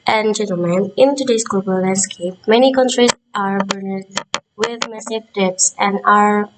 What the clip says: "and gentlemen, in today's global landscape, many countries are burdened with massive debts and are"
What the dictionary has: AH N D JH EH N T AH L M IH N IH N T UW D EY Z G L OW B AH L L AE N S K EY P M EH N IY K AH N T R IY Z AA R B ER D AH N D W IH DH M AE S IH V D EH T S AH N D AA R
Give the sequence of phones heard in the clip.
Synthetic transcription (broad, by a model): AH N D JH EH N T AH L M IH N IH N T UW D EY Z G OW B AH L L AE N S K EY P M EH N IY K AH N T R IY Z AA R B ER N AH D W IH DH M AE S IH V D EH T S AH N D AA R